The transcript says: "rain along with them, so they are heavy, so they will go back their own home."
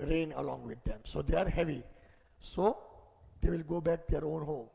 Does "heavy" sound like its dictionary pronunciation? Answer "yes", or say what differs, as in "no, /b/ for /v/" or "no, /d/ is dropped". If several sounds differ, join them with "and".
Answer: yes